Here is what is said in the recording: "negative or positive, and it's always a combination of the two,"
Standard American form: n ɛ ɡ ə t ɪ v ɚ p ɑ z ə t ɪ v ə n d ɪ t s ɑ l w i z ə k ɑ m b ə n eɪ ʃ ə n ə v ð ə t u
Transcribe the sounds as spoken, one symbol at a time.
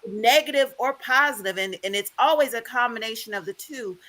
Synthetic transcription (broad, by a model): n ɛ ɡ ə t ɪ v ɚ p ɑ z ə t ɪ v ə n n ɪ t s ɑ l w i z ə k ɑ m b ə n eɪ ʃ ə n ə v ð ə t u